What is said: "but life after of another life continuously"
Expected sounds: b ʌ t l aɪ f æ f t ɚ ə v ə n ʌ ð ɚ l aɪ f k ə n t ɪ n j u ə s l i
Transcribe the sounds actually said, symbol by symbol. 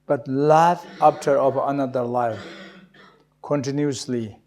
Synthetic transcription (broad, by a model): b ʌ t l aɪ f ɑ p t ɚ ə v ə n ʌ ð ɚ l aɪ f k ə n t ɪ n j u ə s l i